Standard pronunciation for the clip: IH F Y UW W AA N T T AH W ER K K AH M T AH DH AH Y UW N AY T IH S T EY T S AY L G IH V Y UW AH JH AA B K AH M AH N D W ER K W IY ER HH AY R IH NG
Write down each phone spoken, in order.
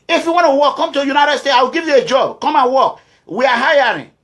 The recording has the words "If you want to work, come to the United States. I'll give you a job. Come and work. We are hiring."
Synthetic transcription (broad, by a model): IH F Y UW W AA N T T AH W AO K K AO M T AH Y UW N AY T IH S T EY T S AY W G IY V Y UW AH JH AA B K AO M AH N W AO K W IY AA HH AY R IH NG